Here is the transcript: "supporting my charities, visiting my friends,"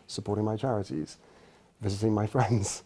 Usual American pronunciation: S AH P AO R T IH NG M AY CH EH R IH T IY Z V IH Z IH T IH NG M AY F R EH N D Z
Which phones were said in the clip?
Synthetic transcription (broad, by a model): S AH P AO R T IH NG M AY CH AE R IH T IY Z V IH Z IH T IH NG M AY F R EH N D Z